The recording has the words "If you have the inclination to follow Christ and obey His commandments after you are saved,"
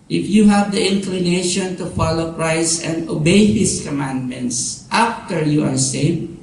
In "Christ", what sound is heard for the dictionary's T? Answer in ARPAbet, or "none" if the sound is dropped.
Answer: none